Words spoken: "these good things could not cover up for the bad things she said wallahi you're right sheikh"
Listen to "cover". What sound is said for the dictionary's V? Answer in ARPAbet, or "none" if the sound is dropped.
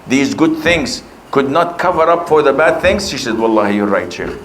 V